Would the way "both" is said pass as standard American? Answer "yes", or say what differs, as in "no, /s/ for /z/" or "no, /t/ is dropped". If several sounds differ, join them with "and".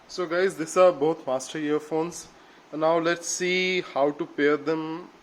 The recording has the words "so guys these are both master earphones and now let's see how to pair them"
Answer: no, /t/ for /θ/